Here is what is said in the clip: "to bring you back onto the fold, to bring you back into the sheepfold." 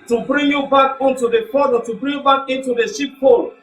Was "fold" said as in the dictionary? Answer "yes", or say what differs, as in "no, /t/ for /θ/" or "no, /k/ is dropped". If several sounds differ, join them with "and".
no, /l/ is dropped